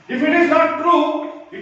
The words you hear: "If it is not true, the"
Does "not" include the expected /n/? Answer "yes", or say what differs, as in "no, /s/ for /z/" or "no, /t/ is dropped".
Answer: no, /l/ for /n/